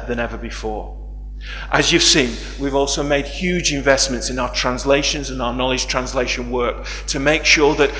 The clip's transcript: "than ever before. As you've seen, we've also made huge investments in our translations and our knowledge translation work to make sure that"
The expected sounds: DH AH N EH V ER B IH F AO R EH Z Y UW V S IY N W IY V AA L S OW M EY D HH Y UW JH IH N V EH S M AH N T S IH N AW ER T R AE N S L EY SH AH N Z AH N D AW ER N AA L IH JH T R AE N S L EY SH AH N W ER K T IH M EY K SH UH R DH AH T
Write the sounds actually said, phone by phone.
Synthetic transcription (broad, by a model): DH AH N EH V ER B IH F AO R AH Z Y UW V S IY N W IY V AA L S OW M EY D HH Y UW JH IH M V EH S M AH N T S IH N AW ER T R AE N S L EY SH AH N Z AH N AW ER N AA L IH JH T R AE N S L EY SH AH N W ER K T IH M EY K SH UH R DH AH T